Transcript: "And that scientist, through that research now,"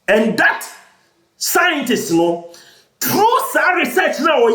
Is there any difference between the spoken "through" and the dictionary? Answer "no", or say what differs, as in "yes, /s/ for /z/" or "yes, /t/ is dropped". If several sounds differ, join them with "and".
yes, /t/ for /θ/